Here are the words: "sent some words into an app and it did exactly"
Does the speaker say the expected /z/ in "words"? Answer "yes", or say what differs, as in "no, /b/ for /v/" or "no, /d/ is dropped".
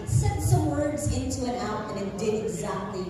yes